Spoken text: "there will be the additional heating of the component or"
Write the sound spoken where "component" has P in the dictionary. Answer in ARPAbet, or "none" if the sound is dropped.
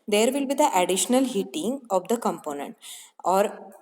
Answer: P